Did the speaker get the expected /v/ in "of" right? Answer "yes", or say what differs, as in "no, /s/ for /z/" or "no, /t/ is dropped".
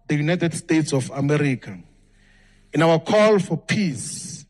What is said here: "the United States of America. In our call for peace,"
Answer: no, /f/ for /v/